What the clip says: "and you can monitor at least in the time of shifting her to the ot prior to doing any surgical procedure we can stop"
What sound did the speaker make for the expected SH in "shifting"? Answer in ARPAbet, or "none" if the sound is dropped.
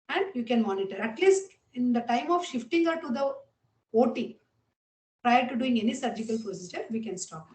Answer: SH